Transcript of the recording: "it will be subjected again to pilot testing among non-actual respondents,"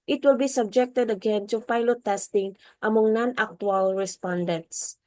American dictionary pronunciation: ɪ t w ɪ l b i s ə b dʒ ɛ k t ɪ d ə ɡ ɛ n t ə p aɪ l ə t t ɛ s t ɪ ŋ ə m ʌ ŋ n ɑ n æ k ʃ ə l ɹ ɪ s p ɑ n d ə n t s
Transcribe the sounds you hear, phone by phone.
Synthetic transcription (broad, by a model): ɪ t w ɪ l b i s ə b dʒ ɛ k t ɪ d ə ɡ ɛ n s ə p aɪ l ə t t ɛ s t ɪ ŋ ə m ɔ ŋ n ɑ n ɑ k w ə l ɹ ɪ s p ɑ n d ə n t s